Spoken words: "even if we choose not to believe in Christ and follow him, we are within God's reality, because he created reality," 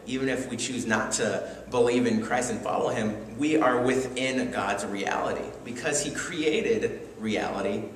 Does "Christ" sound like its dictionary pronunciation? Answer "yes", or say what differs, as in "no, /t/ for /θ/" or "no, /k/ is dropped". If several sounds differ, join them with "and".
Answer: yes